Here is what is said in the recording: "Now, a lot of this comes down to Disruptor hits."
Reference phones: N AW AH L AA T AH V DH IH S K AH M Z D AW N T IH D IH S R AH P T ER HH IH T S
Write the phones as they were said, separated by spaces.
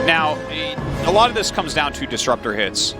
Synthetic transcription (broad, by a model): N AW AH L AA T AH V DH IH S K AH M Z D AW N T IH D IH S R AH P T ER HH IH T S